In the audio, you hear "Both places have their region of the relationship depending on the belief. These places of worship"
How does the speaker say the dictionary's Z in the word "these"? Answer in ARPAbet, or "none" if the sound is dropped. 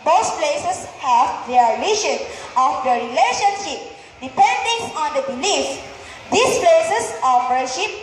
S